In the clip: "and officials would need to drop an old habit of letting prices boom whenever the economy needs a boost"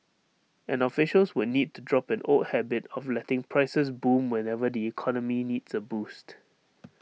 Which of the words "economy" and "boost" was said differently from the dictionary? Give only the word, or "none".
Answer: none